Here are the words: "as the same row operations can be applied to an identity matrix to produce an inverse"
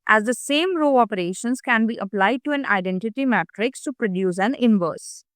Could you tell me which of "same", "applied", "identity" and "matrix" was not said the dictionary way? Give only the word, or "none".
none